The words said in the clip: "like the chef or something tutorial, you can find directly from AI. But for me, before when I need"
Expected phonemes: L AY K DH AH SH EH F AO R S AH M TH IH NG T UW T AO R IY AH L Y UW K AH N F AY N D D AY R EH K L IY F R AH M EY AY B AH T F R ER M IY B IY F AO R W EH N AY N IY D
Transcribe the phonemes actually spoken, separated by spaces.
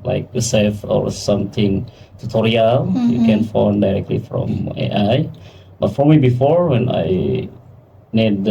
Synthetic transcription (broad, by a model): L AY K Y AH S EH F AO R S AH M T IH NG T UW T AO R IY AH L Y UW K AH N F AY N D D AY R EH K L IY F R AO M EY AY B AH T F R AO M IY B IY F AO R W EH N AY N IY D